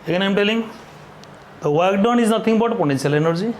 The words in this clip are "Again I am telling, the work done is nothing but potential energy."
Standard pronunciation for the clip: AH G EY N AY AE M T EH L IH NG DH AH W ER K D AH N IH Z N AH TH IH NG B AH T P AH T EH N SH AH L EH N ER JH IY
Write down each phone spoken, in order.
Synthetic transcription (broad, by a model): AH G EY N AY M T EH L IH NG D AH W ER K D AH N IH Z N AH T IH NG B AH T P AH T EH N S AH L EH N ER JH IY